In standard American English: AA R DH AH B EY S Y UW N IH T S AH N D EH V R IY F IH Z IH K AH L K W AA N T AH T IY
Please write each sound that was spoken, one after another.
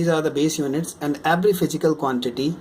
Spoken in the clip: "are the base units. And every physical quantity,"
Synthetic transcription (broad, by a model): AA R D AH B EY S Y UW N IH T S AH N D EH B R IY F IH Z IH K AH L K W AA N T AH T IY